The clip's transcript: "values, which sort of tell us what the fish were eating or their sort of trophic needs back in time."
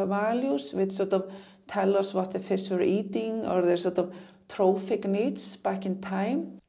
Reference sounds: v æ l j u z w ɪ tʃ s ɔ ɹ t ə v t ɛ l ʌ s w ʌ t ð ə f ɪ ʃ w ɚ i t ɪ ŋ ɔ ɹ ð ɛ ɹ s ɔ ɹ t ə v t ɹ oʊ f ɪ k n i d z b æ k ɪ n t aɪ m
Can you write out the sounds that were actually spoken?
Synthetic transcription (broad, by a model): v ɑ l j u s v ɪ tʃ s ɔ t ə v t ɛ l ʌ s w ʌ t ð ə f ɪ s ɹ i t ɪ ŋ ɔ ɹ ð ɛ ɹ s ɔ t ə v t ɹ oʊ f ɪ k n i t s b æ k ɪ n t aɪ m